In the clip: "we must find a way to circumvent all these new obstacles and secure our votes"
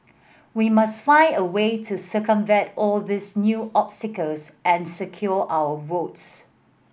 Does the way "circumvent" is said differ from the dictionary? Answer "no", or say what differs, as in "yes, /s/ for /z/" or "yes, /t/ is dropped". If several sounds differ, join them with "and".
yes, /n/ is dropped